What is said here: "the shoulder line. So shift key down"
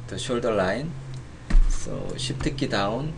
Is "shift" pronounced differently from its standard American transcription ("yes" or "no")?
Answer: yes